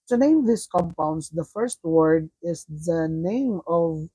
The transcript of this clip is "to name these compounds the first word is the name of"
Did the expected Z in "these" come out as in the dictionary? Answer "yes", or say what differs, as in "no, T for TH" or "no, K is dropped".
no, S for Z